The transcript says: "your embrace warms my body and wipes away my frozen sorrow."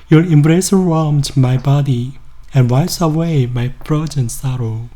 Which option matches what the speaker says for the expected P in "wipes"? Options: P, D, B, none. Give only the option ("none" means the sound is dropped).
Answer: none